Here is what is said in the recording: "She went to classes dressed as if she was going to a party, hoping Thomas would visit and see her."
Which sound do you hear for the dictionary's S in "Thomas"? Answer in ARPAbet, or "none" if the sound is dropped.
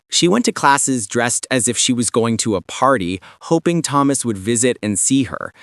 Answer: S